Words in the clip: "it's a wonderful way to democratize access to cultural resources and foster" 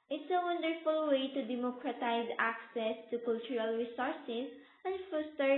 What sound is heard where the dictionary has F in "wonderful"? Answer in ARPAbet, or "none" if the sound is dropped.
F